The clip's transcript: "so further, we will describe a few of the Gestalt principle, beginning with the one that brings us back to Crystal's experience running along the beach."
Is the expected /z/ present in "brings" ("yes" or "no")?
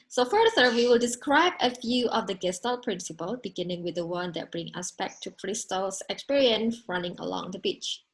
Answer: no